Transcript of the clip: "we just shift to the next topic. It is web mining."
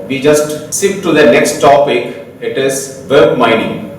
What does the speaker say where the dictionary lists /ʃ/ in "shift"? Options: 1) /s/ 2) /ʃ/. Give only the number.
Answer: 1